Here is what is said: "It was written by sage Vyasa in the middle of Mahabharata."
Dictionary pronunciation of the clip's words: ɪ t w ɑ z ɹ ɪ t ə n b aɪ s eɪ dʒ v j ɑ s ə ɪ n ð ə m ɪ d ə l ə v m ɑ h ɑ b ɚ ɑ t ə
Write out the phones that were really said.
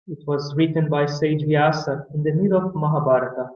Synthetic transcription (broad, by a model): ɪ t w ɑ z ɹ ɪ t ə n b aɪ s eɪ dʒ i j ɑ s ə ɪ n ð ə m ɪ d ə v m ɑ h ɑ b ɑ t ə